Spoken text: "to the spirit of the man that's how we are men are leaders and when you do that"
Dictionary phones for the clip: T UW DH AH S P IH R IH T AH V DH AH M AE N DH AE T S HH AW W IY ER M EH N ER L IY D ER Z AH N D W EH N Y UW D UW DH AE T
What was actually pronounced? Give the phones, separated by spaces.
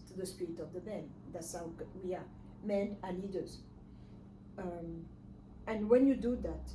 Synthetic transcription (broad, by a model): T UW DH AH S P IH R IH T AH V DH AH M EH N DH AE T S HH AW W IY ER M EH N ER N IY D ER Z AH N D W EH N Y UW D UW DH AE T